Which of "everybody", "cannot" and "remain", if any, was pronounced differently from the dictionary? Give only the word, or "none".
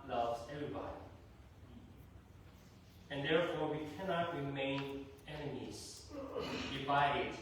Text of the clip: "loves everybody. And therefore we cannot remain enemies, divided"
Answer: none